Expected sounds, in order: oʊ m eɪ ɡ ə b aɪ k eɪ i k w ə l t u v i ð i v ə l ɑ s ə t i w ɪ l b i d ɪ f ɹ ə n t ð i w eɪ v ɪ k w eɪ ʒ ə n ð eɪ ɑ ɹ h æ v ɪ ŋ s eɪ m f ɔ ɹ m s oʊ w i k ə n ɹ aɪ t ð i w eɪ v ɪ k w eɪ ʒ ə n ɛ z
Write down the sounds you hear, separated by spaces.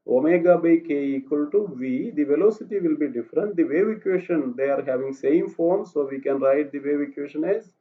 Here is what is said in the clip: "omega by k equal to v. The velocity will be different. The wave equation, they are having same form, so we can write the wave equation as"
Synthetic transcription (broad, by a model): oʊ m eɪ ɡ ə b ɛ k eɪ i k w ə l t u v i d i v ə l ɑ s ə t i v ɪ l b i d ɪ f ɹ ə n t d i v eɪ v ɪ k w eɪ ʃ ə n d eɪ ɑ ɹ h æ v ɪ ŋ s eɪ m f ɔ ɹ m s oʊ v i k ə n ɹ aɪ t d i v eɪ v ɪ k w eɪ ʃ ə n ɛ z